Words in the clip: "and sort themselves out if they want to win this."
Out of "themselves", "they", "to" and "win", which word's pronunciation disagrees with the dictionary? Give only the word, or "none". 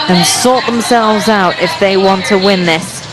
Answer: none